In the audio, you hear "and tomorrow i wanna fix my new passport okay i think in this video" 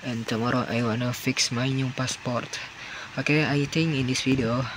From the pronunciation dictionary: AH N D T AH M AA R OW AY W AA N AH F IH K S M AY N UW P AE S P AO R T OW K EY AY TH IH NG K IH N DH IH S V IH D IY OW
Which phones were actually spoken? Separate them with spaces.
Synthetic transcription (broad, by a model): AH N T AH M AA R OW AY W AA N AH F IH K S M AY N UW P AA S P AO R T OW K EY AY T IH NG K IH N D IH S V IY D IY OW